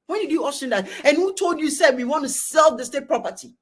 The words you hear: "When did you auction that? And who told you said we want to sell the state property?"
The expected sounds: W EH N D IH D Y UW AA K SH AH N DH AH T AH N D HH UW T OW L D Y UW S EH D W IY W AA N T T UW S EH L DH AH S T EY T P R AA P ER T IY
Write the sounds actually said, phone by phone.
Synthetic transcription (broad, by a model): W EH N D IH D Y UW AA SH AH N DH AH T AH N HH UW T OW L D Y UW S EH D W IY W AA N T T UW S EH L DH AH S T EY T P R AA P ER T IY